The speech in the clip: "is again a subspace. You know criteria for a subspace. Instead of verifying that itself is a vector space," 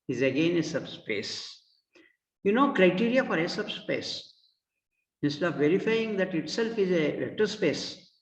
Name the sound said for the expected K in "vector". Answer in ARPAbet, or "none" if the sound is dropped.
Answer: none